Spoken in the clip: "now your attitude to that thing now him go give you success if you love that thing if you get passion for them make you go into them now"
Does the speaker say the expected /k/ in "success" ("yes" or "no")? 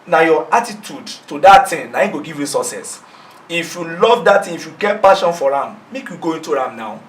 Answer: no